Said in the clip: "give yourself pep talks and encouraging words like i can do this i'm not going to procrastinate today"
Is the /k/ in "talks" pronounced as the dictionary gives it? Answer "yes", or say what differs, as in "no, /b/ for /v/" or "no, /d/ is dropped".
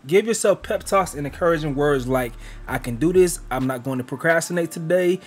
no, /k/ is dropped